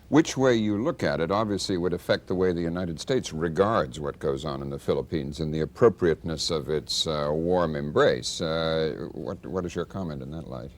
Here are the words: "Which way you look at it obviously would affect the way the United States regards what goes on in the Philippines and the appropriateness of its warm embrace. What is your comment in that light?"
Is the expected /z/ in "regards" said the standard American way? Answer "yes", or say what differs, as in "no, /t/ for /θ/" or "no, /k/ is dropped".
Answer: yes